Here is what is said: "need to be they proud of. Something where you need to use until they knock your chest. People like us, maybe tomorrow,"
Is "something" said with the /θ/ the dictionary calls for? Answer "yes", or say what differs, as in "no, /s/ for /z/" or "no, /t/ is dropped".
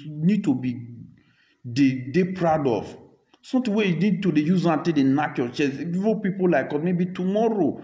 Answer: no, /t/ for /θ/